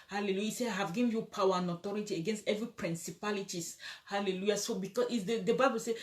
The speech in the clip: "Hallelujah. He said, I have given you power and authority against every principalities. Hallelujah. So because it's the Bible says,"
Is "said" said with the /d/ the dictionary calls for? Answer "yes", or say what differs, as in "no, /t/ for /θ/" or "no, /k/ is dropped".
no, /d/ is dropped